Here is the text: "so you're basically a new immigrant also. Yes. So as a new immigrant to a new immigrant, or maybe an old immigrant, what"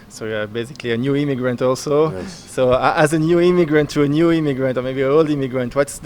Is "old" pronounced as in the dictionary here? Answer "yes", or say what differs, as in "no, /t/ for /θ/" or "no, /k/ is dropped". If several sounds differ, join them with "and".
yes